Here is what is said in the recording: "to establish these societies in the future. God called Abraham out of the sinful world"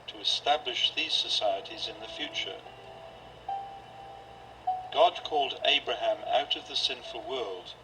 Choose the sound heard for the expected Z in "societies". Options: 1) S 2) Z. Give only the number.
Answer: 2